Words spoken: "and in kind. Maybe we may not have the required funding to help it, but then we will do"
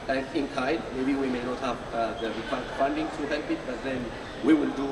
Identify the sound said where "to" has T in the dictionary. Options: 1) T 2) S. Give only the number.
2